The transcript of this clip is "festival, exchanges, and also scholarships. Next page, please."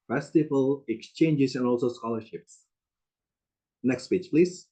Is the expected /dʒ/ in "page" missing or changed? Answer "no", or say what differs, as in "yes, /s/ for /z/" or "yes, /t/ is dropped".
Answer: yes, /tʃ/ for /dʒ/